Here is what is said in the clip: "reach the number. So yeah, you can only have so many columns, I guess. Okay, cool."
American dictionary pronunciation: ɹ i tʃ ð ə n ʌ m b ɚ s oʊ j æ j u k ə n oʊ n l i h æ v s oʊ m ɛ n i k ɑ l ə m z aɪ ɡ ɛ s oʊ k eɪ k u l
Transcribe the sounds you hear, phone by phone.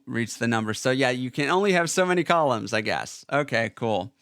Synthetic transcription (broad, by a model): ɹ i tʃ ð ə n ʌ m b ɚ s oʊ j æ j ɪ k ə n oʊ n l i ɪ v s oʊ m ɛ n i k ɑ l ə m z aɪ ɡ ɛ s oʊ k eɪ k u l